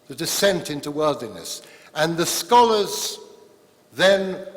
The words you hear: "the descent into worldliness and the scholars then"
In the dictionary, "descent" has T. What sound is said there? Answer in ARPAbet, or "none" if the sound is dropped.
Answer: T